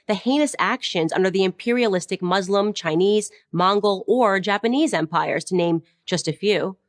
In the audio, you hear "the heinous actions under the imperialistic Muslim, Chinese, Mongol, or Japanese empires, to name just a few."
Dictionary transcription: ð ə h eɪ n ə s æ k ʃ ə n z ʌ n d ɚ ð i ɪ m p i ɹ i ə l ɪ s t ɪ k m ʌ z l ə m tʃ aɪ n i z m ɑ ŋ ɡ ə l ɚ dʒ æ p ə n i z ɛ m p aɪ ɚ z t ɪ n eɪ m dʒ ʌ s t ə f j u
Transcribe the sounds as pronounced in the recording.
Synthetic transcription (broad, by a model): ð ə h eɪ n ə s æ k ʃ ə n z ʌ n d ɚ ð i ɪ m p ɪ ɹ i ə l ɪ s t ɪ k m ʌ z l ə m tʃ aɪ n i z m ɑ ŋ ɡ l ɚ dʒ æ p ə n i z ɛ m p aɪ ɚ z t ɪ n eɪ m dʒ ʌ s t ə f j u